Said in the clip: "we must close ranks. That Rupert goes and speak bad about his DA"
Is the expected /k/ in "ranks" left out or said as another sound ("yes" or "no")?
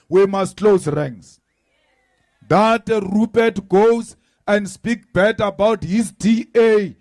yes